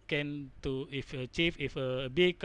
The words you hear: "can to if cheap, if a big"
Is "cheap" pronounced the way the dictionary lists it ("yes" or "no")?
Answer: no